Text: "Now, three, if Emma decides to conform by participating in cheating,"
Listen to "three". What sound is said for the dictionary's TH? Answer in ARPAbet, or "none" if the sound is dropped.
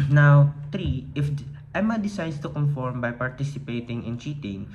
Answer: T